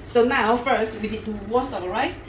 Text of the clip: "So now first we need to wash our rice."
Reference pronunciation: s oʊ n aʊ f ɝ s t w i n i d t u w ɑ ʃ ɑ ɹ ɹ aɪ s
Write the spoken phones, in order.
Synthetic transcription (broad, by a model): s oʊ n aʊ f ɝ s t w i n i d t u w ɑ s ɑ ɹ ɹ aɪ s